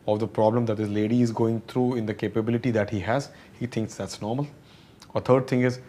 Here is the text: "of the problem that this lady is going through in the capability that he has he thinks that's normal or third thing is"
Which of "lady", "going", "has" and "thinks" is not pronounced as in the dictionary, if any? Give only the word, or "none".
thinks